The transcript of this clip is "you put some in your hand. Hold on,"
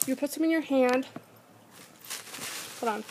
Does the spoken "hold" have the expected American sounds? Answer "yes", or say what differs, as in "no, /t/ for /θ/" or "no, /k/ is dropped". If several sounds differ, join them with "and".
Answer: no, /l/ is dropped